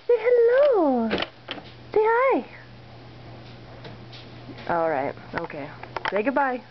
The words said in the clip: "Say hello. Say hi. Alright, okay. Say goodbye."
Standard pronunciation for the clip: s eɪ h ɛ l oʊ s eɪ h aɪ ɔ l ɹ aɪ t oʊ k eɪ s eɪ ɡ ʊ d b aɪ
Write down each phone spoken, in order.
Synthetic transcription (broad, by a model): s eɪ h ɛ l oʊ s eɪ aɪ ɔ l ɹ aɪ t oʊ k eɪ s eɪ ɡ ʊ d b aɪ